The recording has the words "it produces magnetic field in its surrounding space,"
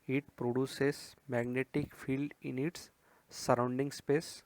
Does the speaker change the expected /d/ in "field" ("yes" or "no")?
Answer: no